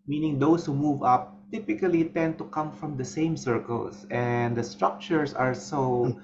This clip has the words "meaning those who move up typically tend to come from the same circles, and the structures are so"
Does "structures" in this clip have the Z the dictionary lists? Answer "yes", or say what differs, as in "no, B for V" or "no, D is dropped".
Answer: no, S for Z